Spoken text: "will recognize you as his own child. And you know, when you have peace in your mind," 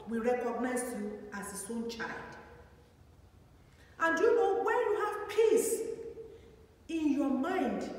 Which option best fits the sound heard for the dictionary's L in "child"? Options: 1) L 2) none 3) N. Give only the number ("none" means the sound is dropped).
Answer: 1